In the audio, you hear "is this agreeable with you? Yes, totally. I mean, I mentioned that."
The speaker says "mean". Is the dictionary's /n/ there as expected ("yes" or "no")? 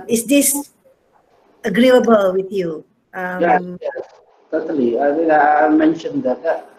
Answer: no